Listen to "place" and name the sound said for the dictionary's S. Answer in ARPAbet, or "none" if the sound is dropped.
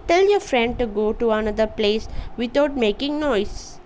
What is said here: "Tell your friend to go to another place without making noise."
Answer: S